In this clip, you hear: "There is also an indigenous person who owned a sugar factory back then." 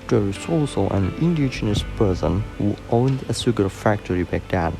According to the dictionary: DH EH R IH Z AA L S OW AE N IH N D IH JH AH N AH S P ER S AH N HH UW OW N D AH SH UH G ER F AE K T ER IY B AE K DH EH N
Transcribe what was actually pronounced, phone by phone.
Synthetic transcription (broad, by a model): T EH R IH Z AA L S OW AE N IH N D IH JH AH N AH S P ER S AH N HH UW OW N D AH S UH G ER F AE K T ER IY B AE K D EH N